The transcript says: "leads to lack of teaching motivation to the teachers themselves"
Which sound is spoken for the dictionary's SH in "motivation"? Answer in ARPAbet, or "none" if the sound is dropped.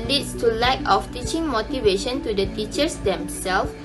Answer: SH